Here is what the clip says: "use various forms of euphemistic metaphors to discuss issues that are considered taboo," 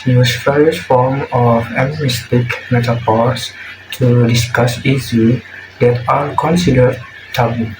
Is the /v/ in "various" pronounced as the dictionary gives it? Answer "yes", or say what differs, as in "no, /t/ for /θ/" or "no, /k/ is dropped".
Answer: no, /p/ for /v/